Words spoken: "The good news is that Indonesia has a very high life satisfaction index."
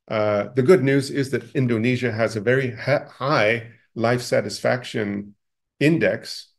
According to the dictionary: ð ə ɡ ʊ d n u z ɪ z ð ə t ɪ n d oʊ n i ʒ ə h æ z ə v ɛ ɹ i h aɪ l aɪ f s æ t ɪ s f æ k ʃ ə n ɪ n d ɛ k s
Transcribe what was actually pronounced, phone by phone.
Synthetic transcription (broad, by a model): ð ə ɡ ʊ d n u z ɪ z ð ə t ɪ n d oʊ n i ʒ ə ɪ z ə v ɛ ɹ i h aɪ l aɪ f s æ t ɪ s f æ k ʃ ə n ɪ n d ɛ k s